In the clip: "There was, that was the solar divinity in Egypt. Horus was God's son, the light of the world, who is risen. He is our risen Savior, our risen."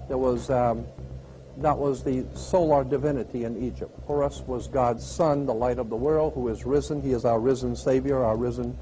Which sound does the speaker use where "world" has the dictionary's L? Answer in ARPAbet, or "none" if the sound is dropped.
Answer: L